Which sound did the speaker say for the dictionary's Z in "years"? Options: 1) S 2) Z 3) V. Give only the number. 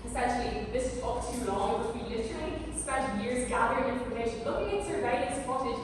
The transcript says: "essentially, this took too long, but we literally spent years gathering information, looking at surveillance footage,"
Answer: 2